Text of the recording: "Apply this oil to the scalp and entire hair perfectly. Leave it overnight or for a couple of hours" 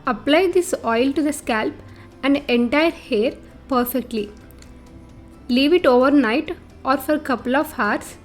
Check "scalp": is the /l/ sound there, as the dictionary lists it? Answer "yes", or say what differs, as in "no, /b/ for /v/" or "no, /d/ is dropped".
yes